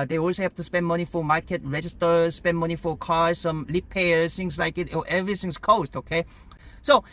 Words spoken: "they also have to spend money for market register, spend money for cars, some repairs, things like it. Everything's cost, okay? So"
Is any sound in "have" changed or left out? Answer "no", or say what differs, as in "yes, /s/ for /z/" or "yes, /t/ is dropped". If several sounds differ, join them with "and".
yes, /p/ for /v/